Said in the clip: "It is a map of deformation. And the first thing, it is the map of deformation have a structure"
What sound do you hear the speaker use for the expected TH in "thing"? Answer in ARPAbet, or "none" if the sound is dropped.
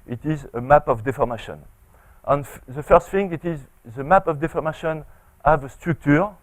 F